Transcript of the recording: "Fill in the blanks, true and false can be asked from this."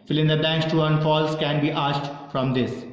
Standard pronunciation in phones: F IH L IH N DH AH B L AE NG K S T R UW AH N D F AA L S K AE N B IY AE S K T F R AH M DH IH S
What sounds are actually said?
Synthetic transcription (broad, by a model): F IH L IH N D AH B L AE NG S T UW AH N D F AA L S K AE N B IY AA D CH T F R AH M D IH S